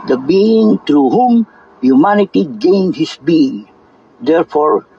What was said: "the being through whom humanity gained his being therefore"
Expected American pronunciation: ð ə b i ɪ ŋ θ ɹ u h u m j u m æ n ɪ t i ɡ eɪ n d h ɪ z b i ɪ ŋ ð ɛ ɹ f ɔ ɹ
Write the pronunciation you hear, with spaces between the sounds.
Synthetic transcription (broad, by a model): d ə b i ɪ ŋ t ɹ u h u m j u m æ n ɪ t i ɡ eɪ n d h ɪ s b i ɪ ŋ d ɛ ɹ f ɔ ɹ